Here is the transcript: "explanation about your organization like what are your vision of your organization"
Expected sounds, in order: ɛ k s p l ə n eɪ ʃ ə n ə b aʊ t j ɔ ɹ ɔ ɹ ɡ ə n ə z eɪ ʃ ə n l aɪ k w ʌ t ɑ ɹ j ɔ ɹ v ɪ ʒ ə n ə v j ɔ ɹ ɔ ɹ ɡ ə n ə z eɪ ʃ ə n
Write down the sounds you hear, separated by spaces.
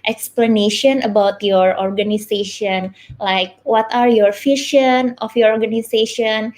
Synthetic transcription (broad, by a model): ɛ k s p l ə n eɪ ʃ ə n ə b aʊ t j ɔ ɹ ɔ ɹ ɡ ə n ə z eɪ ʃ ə n l aɪ k w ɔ t ɑ ɹ j ɔ ɹ f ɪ ʃ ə n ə f j ɔ ɹ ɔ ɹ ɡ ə n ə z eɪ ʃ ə n